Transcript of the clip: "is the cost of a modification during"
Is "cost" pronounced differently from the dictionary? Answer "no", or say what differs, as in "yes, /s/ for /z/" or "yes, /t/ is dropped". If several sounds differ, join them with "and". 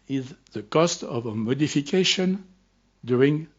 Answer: no